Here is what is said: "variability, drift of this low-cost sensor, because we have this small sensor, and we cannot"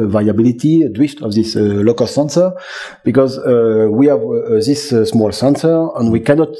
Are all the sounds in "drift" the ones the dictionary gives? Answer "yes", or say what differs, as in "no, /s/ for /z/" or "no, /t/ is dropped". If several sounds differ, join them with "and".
no, /w/ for /ɹ/